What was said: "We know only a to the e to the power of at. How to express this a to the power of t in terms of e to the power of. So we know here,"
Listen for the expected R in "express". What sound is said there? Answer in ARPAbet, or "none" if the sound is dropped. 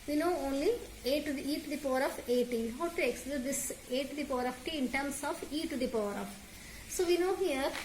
L